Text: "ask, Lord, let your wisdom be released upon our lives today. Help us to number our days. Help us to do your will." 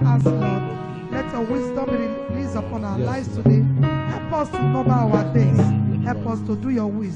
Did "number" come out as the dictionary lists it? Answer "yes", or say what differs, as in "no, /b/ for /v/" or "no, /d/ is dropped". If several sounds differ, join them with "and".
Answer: no, /m/ is dropped